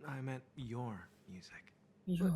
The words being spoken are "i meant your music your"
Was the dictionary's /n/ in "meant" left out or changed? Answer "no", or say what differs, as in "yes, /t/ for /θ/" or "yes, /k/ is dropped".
yes, /n/ is dropped